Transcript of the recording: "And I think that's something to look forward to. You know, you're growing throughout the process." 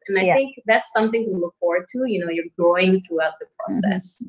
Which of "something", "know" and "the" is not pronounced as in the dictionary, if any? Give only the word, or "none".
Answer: none